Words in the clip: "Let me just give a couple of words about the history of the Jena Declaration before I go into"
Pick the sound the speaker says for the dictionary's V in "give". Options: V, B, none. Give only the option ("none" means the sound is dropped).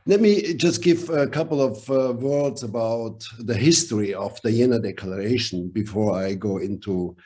V